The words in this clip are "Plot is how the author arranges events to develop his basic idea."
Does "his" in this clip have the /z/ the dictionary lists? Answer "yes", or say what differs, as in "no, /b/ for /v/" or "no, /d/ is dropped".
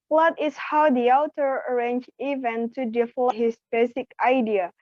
no, /s/ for /z/